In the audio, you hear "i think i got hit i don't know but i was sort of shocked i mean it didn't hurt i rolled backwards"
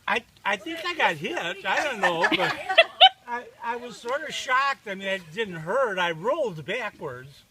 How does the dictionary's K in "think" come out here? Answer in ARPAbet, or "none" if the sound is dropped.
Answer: K